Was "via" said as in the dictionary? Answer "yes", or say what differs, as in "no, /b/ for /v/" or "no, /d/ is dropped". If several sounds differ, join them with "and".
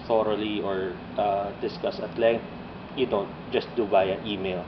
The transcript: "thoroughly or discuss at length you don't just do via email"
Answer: no, /b/ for /v/